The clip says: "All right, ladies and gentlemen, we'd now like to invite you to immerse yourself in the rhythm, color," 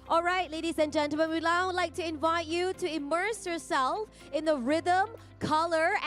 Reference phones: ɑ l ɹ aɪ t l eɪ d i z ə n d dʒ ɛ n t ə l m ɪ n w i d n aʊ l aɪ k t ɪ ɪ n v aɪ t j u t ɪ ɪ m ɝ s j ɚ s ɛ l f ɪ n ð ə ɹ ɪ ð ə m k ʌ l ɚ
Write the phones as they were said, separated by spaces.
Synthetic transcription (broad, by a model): ɑ l ɹ aɪ t l eɪ d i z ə n dʒ ɛ n t l m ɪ n w i d l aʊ l aɪ k t ɪ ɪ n v aɪ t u t ɪ ɪ m ɝ s j ɚ s ɛ l f ɪ n ð ə ɹ ɪ ð ə m k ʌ l ɚ